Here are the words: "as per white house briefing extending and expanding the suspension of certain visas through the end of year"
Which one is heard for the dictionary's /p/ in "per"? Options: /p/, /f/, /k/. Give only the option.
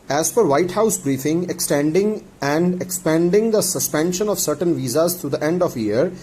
/f/